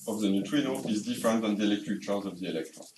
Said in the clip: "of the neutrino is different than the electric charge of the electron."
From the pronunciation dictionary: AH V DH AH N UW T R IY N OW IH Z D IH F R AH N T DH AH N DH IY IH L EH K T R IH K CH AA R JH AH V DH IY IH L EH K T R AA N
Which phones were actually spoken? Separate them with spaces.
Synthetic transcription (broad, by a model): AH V DH AH N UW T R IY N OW IH Z D IH F R AH N T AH N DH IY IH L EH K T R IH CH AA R Z AH V DH IY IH L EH K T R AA